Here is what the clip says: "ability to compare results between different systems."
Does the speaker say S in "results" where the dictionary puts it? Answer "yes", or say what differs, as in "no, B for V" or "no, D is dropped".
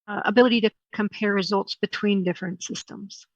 yes